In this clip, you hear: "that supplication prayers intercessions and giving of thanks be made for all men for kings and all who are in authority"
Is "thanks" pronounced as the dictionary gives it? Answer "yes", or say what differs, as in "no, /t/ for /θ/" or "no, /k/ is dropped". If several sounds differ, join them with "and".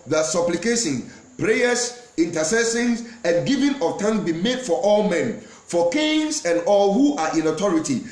no, /t/ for /θ/ and /k/ is dropped